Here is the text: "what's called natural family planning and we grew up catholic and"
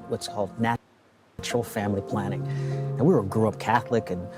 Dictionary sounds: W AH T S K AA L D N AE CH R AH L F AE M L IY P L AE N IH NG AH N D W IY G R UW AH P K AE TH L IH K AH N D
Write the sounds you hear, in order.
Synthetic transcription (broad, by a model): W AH T S K AA L D N AE CH R L F AE M L IY P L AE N IH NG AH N W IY G R UW AH P K AE TH L IH K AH N